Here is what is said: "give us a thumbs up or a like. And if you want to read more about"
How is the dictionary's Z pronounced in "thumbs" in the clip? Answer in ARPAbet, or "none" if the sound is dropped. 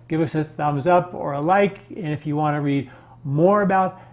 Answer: Z